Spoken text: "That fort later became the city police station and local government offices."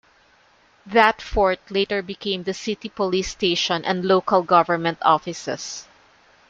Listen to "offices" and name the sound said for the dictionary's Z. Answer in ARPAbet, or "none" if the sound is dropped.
S